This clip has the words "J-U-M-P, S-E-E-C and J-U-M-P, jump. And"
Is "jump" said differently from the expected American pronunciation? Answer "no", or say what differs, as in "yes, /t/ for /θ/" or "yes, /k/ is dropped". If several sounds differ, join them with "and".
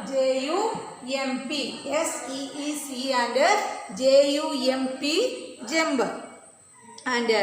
yes, /b/ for /p/